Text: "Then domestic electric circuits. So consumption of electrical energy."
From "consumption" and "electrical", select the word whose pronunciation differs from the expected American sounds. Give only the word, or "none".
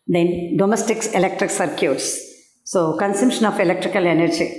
none